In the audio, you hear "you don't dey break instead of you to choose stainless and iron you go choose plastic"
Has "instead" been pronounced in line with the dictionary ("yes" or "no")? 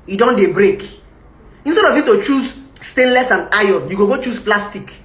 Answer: yes